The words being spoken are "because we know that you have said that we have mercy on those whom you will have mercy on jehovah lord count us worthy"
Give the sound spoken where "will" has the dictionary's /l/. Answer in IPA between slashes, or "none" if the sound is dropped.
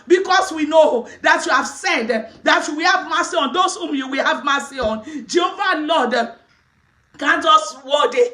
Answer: /l/